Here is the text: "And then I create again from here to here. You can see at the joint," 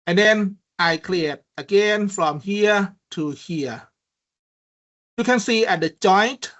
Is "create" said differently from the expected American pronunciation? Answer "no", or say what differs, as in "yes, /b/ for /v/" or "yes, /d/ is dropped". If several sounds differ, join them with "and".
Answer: yes, /l/ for /ɹ/